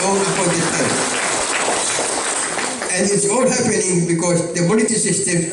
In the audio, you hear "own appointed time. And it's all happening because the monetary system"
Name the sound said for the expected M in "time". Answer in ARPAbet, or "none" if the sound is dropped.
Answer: none